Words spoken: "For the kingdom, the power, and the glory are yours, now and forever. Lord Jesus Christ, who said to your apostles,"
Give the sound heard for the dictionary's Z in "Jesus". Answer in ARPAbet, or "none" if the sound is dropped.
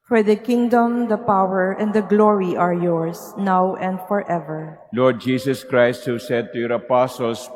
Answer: S